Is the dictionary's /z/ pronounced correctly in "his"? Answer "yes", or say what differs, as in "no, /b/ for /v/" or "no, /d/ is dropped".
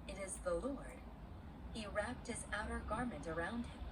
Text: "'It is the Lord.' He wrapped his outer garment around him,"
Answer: yes